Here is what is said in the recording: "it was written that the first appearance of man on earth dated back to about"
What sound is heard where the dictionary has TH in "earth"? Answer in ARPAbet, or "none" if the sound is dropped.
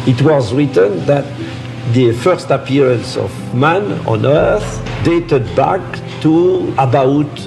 TH